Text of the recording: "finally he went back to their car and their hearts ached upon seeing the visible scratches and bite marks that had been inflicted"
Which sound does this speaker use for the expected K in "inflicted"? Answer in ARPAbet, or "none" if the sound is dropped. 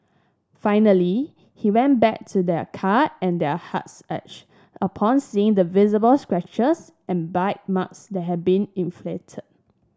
none